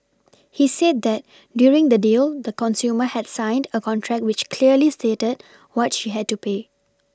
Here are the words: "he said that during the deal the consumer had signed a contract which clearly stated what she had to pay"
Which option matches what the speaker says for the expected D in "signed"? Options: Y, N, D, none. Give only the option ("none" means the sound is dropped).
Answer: D